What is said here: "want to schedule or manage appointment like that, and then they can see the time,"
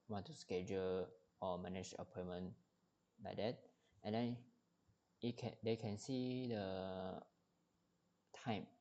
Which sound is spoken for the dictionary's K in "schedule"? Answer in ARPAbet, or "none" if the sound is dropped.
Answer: K